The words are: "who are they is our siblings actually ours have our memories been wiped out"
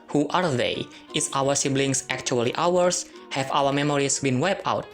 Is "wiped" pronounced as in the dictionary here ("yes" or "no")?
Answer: no